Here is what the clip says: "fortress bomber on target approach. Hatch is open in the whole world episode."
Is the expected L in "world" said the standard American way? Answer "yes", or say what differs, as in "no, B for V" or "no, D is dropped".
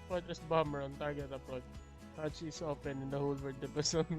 no, L is dropped